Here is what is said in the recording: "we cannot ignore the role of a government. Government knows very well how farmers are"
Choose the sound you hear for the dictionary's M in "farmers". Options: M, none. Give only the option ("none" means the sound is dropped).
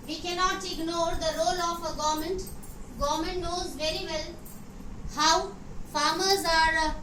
M